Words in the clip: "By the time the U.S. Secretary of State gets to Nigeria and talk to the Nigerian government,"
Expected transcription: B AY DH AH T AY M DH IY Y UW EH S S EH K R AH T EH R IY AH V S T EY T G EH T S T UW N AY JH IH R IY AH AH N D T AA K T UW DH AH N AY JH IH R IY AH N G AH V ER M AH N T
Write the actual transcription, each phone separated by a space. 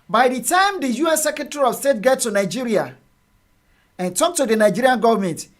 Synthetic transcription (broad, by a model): B AY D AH T AY M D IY Y UW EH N S EH K R AH T EH R IY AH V S T EY T G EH T T UW N AY JH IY R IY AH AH N T AA K T UW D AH N AY JH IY R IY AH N G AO V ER M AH N T